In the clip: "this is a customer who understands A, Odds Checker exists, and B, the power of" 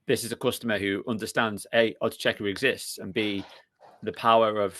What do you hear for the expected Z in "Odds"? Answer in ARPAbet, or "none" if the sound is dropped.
none